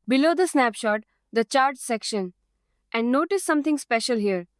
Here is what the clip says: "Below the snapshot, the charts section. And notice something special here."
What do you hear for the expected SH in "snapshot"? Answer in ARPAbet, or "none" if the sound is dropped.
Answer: SH